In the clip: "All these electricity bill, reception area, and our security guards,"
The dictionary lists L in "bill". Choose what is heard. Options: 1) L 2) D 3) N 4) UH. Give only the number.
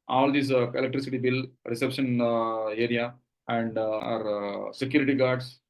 1